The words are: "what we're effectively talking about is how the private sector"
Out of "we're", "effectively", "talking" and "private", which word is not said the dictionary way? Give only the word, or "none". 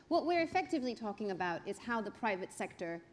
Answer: none